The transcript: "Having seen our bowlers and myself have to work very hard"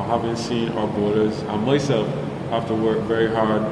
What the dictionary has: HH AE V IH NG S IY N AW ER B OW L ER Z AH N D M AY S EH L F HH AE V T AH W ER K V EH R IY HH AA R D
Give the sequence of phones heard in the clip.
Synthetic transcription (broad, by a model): HH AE V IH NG S IY N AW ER B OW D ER Z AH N M AY S EH L F HH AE F T AH W ER K V EH R IY HH AA R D